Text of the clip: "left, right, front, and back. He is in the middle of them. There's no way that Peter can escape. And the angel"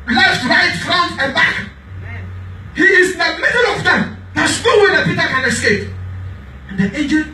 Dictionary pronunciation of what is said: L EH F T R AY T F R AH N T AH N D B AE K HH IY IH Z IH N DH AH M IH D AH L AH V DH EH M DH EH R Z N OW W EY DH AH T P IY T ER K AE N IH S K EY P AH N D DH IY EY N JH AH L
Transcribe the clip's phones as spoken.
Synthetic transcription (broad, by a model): L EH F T R AY T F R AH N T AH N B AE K HH IY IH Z IH N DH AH M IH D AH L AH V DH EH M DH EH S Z N OW W EY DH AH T P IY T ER K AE N IH S K EY P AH N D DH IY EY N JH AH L